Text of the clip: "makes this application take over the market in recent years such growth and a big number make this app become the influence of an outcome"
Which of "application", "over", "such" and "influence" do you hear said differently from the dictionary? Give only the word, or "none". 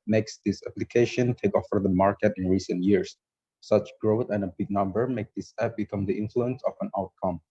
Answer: over